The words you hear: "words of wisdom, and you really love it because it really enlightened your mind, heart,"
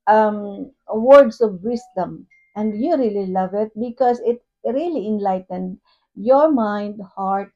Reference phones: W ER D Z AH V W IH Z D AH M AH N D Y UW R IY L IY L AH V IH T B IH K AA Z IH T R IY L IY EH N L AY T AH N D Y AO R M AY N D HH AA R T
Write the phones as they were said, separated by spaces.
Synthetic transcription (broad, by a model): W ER D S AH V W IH S D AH M AH N D Y UW R IY L IY L AH V IH T B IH K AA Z IH T R IY L IY EH N L AY T AH N D Y AO R M AY N D HH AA R T